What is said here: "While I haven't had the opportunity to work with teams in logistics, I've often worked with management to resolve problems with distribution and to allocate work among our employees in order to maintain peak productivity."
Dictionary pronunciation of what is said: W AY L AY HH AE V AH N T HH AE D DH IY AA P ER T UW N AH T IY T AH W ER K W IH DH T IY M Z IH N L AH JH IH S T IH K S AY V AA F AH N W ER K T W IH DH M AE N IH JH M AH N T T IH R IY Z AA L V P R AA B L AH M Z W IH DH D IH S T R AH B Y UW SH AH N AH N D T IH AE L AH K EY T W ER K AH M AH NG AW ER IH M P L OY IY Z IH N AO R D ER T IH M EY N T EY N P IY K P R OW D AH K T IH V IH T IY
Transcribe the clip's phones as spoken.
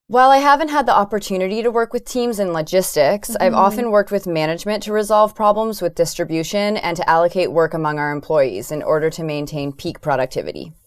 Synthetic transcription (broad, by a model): W AY L AY HH AE V AH N T HH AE D DH IY AA P ER T UW N AH T IY T AH W ER K W IH DH T IY M Z IH N L AH JH IH S T IH K S AY V AA F AH N W ER K T W IH DH M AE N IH JH M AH N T T IH R IY Z AA L V P R AA B L AH M Z W IH DH D IH S T R AH B Y UW SH AH N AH N T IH AE L AH K EY T W ER K AH M AH NG AW ER IH M P L OY IY Z IH N AO R D ER T IH M EY N T EY N P IY K P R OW D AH K T IH V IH T IY